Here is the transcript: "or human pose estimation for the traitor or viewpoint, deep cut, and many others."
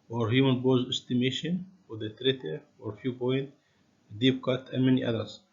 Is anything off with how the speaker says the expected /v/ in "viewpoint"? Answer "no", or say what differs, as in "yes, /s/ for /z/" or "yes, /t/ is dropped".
yes, /f/ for /v/